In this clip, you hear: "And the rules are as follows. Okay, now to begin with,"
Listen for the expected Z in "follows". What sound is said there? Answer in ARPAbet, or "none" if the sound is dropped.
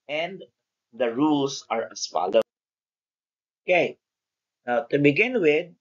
none